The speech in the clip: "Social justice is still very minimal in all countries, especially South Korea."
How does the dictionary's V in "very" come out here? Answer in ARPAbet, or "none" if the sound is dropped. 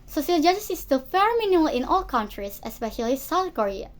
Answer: F